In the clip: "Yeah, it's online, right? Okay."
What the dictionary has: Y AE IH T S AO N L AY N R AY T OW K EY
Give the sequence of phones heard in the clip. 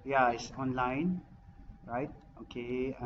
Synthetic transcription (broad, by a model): Y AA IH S AO N L AY N R AY T OW K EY